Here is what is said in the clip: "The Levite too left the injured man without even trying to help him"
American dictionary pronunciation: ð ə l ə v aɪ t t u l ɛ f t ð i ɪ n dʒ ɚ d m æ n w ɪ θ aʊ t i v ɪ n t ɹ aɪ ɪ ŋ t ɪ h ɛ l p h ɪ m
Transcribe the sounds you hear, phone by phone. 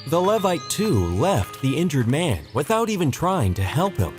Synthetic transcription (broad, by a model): ð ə l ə v aɪ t t u l ɛ f t ð i ɪ n dʒ ɚ d m æ n w ɪ θ aʊ t i v ɪ n t ɹ aɪ ɪ ŋ t ɪ h ɛ l p h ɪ m